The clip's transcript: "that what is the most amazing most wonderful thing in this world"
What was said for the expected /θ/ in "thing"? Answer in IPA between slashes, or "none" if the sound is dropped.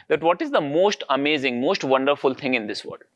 /t/